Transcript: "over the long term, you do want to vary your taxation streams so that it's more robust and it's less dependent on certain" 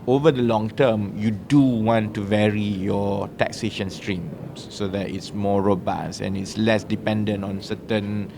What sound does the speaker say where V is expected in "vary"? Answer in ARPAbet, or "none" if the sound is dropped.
V